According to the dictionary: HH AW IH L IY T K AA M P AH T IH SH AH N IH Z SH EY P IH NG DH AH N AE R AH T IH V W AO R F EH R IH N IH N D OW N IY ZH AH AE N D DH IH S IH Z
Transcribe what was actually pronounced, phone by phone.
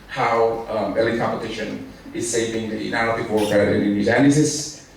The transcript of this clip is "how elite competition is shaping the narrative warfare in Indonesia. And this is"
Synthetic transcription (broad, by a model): HH AW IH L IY K AA M P AH T IH SH AH N IH Z S EY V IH NG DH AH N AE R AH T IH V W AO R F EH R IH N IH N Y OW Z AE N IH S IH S